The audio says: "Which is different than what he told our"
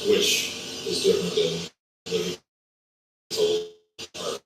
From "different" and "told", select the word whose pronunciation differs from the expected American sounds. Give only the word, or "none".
told